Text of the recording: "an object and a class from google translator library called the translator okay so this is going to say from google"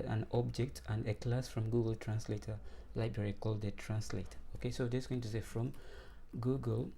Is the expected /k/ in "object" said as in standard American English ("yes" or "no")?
yes